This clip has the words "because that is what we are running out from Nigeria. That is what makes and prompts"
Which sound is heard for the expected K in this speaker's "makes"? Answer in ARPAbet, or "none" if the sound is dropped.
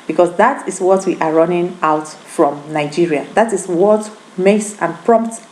none